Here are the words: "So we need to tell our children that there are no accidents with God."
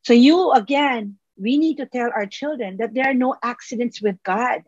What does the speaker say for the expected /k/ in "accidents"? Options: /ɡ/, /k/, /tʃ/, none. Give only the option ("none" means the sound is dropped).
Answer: /k/